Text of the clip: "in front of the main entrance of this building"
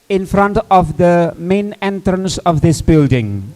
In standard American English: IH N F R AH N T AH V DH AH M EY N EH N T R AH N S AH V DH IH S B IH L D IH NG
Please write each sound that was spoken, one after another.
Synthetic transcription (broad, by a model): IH N F R AH N T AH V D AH M EY N EH N T R AH N S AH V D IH S B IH L D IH NG